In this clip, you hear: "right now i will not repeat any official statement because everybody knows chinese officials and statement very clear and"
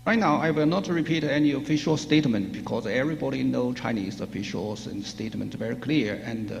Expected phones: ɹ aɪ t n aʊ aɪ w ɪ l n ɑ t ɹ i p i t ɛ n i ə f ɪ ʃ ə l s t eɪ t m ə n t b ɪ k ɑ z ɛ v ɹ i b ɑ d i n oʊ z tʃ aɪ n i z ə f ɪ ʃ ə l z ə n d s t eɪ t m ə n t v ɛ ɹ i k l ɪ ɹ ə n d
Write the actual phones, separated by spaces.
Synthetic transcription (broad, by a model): ɹ aɪ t n aʊ aɪ w ɪ l n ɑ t ɹ i p i t ɛ n i ə f ɪ ʃ ə l s t eɪ t m ə n t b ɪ k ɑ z ɛ v ɹ i b ɑ d i n oʊ tʃ aɪ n i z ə f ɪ ʃ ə l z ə n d s t eɪ t m ə n t v ɛ ɹ i k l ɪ ɹ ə n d